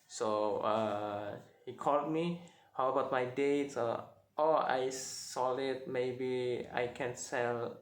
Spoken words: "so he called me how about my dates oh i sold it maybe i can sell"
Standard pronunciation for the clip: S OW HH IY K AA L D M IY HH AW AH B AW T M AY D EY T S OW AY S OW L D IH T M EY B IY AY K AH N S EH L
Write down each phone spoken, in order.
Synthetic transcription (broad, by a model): S OW HH IY K AA L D M IY HH AW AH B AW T M AY D EY T S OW AY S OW L IH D M EY B IY AY K AH N S EH L